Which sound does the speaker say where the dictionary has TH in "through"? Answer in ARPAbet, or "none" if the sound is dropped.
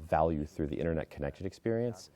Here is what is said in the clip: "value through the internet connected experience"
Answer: TH